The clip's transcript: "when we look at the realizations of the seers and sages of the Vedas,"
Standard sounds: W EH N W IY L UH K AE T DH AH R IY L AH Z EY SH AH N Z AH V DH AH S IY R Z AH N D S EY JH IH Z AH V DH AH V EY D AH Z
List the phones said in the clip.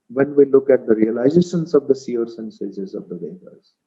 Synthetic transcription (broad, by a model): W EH N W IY L UH K AE T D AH R IY L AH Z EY SH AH N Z AH V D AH S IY R S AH N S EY Z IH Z AH V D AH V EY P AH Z